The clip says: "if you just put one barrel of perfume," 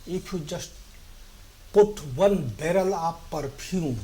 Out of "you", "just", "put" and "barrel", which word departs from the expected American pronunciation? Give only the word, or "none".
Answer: none